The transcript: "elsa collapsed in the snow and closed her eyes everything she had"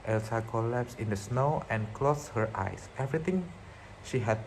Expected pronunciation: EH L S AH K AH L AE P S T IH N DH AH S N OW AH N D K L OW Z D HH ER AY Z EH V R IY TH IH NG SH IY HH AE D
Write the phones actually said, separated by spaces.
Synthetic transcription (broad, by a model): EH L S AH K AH L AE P S IH N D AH S N OW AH N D K L OW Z HH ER AY S EH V R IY T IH NG SH IY HH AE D